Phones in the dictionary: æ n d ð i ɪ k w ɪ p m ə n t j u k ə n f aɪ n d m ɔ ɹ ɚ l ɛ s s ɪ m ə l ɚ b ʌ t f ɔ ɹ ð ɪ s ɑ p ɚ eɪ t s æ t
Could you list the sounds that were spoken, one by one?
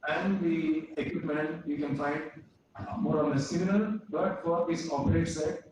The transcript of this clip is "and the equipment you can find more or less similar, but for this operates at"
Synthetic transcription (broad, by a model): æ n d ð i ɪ k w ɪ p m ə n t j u k ə n f aɪ n d m ɔ ɹ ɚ n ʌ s s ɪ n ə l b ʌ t f ɔ ɹ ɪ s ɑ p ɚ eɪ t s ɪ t